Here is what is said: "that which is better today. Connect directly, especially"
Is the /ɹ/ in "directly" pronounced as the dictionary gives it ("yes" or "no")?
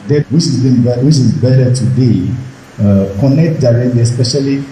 yes